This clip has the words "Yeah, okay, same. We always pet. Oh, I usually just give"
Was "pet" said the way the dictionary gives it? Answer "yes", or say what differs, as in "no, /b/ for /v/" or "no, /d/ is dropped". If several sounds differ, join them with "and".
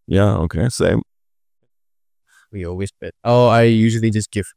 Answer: no, /b/ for /p/